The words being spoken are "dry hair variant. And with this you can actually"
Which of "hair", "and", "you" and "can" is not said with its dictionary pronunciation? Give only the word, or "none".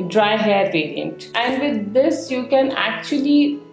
none